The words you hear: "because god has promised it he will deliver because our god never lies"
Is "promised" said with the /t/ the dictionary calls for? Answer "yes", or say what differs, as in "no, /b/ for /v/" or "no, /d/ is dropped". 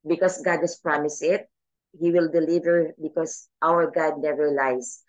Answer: no, /t/ is dropped